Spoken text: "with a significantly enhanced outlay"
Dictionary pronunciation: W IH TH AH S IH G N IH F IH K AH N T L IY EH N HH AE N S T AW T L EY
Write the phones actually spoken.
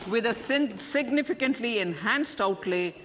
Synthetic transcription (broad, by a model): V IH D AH S IH G N IH F IH K AH N T L IY EH N HH AE N S T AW T L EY